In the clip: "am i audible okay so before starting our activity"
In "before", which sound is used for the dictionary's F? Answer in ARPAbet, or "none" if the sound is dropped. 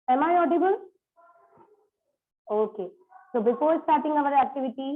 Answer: P